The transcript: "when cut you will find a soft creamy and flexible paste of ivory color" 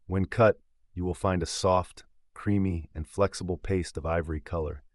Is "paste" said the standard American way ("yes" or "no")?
yes